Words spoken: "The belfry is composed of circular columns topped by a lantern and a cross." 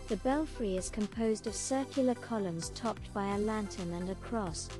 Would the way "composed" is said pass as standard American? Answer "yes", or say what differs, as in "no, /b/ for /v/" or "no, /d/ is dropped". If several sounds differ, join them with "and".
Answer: yes